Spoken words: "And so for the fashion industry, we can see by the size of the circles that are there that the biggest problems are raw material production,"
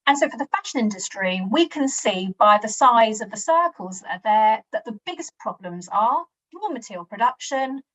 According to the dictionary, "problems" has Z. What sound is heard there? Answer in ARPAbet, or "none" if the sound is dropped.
Z